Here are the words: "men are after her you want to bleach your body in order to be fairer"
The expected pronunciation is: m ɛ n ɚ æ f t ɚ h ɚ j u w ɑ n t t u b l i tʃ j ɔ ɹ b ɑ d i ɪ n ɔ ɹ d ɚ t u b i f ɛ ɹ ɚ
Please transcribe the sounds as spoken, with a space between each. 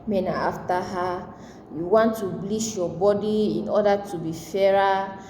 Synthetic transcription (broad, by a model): m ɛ n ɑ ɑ f t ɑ h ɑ j u w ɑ n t t u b l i ʃ j ɔ b ɑ d i ɪ n ɔ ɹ d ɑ t u b i f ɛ ɹ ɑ